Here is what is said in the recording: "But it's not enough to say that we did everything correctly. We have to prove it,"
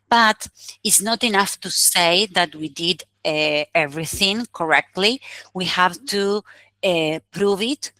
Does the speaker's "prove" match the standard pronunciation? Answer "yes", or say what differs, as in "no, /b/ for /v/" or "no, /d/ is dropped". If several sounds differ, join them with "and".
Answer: yes